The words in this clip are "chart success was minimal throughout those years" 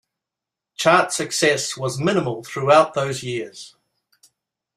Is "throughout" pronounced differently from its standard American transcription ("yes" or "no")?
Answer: no